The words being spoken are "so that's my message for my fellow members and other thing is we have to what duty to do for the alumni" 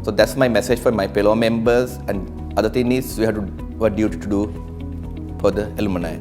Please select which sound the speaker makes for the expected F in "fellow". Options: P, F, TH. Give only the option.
P